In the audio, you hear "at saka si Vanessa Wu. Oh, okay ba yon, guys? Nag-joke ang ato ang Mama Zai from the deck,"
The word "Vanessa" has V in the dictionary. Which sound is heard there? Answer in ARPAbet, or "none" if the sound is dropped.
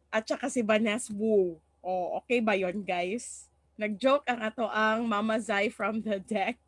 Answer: B